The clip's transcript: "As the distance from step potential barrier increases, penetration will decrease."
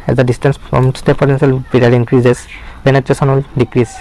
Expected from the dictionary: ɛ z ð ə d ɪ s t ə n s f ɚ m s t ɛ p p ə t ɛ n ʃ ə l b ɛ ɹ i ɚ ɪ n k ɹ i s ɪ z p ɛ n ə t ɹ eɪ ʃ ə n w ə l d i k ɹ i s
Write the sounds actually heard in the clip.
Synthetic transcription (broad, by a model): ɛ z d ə d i s t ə n s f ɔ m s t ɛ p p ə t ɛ n s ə l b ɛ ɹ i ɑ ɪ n k ɹ i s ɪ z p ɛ n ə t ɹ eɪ s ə n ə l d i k ɹ i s